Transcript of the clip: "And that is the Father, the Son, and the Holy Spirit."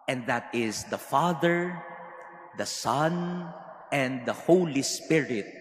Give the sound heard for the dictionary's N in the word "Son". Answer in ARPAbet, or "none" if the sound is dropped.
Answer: N